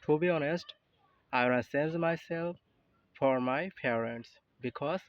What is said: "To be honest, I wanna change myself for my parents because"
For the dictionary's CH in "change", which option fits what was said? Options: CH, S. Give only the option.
S